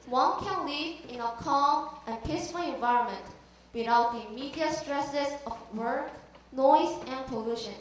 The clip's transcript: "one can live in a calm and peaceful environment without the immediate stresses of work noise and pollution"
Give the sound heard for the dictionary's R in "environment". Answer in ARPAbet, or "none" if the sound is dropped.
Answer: R